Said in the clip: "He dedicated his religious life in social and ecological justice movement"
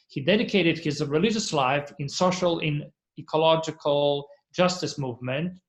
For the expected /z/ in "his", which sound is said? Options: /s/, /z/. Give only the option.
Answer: /z/